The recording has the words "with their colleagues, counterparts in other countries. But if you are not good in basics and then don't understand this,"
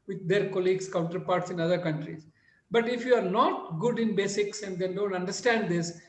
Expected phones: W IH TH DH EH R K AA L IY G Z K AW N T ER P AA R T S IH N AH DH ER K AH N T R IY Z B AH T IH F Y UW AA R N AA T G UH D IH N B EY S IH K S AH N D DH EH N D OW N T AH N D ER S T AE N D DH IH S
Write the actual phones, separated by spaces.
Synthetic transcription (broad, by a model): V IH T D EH R K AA L IY G S K AW N T ER P AA R T S IH N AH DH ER K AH N T R IY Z B AH T IH F Y UW AA R N AA T G UH D IH N B EY S IH K S AH N D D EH N D OW N T AH N D ER S T AE N D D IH S